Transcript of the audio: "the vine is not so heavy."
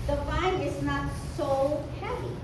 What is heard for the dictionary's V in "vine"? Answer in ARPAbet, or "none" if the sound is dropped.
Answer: F